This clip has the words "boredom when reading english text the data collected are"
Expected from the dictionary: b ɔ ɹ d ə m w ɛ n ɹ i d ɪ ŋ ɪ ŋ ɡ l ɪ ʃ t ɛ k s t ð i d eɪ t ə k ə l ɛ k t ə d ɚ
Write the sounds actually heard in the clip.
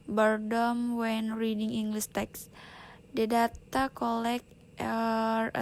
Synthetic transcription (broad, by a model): b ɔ ɹ d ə m w ɛ n ɹ i d ɪ ŋ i ŋ ɡ l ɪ s t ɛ k s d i d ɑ t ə k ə l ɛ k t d